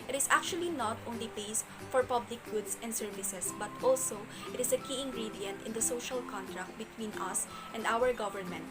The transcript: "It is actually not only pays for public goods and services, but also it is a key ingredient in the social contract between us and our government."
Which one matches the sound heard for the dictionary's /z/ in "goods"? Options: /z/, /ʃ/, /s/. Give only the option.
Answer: /s/